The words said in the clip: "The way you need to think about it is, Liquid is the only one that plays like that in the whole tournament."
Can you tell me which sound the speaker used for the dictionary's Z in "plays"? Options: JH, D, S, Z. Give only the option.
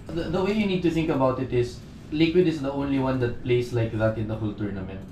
S